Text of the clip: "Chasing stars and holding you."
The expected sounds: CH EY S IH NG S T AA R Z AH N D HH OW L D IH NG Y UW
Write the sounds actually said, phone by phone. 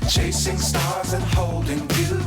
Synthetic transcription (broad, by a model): CH EY S IH NG S T AA R Z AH N HH OW L D IH NG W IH